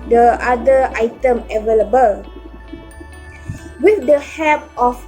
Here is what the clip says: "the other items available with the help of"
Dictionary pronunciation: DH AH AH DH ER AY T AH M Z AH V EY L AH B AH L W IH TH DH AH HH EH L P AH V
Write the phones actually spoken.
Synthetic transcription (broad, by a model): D AH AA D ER AY T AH M AH V EY L AH B AH L W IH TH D AH HH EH P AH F